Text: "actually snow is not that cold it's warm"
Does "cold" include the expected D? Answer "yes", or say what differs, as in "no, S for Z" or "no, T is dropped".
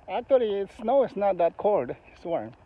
yes